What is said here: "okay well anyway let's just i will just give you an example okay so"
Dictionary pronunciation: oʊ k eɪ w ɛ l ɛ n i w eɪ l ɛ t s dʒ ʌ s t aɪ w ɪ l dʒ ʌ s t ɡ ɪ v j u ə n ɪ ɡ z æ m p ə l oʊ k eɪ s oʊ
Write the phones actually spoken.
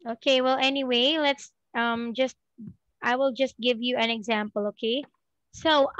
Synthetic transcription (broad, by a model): oʊ k eɪ w ɛ l ɛ n i w eɪ l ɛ t s dʒ ʌ s t aɪ w ɪ l dʒ ʌ s t ɡ ɪ v j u ə n ɪ ɡ z æ m p ə l oʊ k eɪ s oʊ